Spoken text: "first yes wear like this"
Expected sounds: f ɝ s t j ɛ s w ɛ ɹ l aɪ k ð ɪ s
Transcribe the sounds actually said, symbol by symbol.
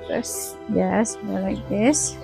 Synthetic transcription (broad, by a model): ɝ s j ɛ s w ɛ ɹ l aɪ k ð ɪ s